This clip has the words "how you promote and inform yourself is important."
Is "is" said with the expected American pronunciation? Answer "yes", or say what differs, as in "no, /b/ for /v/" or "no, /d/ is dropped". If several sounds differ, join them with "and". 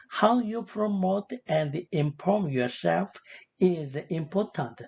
yes